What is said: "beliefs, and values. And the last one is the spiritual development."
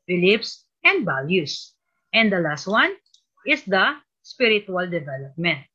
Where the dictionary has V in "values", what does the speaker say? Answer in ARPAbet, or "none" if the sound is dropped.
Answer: B